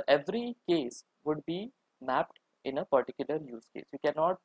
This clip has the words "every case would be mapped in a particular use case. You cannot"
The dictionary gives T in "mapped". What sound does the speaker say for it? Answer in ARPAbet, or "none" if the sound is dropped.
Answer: T